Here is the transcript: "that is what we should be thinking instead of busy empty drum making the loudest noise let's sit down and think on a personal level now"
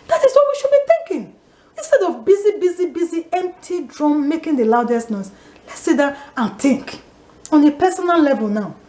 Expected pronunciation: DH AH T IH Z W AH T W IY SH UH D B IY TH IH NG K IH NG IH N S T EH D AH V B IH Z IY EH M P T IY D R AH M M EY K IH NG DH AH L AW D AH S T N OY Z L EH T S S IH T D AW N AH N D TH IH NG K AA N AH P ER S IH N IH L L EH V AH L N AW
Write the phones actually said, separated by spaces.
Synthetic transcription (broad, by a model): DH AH T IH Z W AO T W IY SH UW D B IY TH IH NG K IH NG IH N S T EH D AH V B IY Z IY EH M P T IY D R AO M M EY K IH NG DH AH L AW D AH S T N OY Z L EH T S S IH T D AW AH N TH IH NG K AA N AH P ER S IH N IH L L EH V AH L N AW